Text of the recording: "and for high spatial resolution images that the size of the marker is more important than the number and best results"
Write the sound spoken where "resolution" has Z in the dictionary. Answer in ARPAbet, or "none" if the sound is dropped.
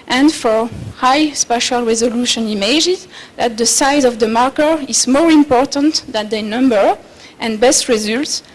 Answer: Z